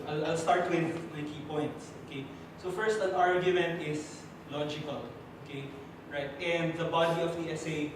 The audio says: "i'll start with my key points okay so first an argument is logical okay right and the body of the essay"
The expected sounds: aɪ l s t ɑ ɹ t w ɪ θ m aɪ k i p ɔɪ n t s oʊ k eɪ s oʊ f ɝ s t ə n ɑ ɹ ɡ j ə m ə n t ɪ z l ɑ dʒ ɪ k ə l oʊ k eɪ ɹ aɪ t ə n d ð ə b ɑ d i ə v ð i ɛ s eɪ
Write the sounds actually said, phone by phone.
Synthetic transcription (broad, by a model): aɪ l s t ɑ ɹ t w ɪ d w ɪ k i p ɔɪ n t s oʊ k eɪ s oʊ f ɝ s t ə n ɑ ɹ ɡ j ə m ə n t ɪ s l ɑ dʒ ɪ k ə l oʊ k eɪ ɹ aɪ t ə n d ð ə b ɑ d i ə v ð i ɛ s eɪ